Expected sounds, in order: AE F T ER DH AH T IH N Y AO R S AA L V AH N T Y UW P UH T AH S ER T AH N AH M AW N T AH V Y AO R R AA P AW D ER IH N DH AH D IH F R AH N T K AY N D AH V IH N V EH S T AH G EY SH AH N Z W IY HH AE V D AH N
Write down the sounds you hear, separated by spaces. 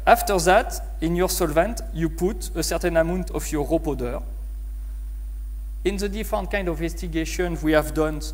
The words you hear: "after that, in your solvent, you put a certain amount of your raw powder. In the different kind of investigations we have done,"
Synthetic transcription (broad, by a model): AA F T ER DH AH T IH N Y AO R S AA L V AH N T Y UW P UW T AH S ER T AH N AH M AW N T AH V Y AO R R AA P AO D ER IH N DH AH D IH F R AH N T K AY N D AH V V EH S T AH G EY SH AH N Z W IY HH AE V D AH N